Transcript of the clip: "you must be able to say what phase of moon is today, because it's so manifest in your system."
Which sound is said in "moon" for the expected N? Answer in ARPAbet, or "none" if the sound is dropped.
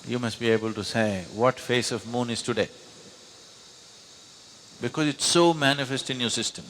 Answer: N